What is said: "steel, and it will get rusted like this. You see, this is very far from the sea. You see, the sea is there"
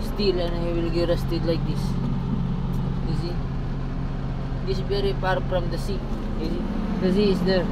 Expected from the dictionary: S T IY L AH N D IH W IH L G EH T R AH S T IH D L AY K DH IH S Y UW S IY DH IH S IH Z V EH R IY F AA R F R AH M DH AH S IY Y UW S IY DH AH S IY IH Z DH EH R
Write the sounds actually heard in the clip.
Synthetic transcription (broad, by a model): S T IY L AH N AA IH W IH L G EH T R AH S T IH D L AY K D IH S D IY S IY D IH S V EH R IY P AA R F R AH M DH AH S IY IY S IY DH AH S IY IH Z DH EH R